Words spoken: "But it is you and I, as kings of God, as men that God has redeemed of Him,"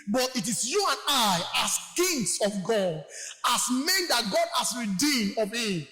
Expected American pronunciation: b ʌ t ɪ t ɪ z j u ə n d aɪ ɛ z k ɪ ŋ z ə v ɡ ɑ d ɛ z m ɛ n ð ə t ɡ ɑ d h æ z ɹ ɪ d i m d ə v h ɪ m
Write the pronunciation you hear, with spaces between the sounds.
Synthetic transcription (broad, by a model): b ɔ t ɪ t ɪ s j u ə n aɪ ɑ s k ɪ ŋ s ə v ɡ ɑ d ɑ s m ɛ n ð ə t ɡ ɑ d h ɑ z ɹ ɪ d i m d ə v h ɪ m